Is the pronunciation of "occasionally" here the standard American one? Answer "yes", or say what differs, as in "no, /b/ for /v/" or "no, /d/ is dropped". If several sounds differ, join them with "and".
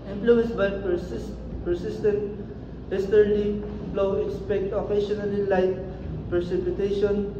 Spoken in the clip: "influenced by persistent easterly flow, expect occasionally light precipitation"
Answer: no, /ʃ/ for /ʒ/